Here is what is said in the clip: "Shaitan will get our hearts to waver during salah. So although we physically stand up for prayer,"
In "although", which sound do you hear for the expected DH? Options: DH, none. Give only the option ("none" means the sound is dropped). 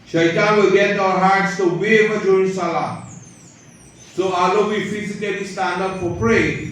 none